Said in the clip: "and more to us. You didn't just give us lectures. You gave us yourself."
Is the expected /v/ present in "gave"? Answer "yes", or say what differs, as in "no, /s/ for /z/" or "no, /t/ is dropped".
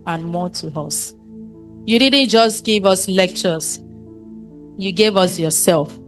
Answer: yes